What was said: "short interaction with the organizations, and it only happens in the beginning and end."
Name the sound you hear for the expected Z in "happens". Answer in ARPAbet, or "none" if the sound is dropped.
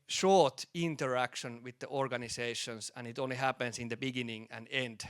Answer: S